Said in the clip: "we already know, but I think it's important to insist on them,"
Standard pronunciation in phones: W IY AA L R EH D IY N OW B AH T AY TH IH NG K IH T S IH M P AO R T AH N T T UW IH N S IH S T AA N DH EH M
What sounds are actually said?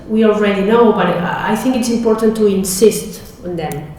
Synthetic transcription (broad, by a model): W IY AA L R EH D IY N OW B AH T AY TH IH NG K IH T S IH M P AO R T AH N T T UW IH N S IH S T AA N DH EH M